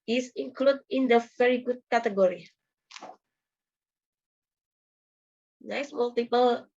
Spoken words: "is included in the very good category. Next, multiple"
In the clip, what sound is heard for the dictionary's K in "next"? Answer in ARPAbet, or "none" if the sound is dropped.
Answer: none